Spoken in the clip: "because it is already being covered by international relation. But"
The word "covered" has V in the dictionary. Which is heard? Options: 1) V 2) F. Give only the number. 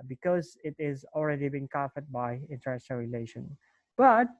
2